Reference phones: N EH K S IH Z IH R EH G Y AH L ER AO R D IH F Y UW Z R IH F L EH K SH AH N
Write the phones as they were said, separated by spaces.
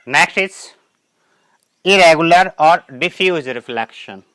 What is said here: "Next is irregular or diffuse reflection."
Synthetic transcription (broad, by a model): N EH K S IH S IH R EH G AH L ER AO R D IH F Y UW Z R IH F L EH K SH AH N